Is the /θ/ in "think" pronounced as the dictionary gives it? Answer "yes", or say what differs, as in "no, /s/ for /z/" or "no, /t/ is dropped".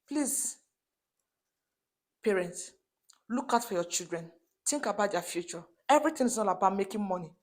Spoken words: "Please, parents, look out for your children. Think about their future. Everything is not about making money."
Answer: no, /t/ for /θ/